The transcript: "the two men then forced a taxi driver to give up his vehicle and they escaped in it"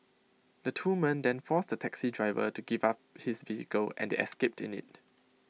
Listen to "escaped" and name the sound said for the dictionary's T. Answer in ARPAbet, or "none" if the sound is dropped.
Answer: T